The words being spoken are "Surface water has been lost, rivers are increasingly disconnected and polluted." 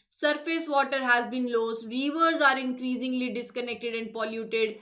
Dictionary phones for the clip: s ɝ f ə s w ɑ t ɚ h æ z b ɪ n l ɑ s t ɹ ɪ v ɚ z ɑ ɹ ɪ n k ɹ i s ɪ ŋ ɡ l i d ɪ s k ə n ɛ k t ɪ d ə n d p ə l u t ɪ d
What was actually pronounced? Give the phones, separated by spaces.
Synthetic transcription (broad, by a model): s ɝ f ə s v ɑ t ɚ h æ z b ɪ n l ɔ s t ɹ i v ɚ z ɑ ɹ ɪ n k ɹ i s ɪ ŋ ɡ l i d ɪ s k ə n ɛ k t ɪ d ə n d p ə l u t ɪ d